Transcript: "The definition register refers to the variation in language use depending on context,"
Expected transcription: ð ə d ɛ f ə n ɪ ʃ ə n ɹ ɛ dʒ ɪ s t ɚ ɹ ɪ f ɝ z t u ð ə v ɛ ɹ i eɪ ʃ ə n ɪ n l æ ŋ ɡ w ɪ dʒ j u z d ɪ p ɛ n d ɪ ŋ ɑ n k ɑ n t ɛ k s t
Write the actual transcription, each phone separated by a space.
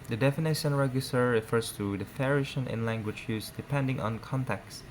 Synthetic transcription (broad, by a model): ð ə d ɛ f ə n ɪ ʃ ə n ɹ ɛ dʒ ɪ s t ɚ ɹ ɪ f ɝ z t u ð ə f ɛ ɹ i ʃ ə n ɪ n l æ ŋ ɡ w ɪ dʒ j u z d ɪ p ɛ n d ɪ ŋ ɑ n k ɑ n t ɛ k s